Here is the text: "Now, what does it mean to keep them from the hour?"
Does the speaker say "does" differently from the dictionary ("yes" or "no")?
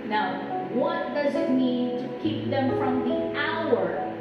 no